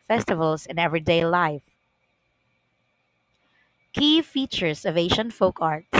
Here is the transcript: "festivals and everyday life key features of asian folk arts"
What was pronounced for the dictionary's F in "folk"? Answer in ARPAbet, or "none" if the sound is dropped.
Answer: F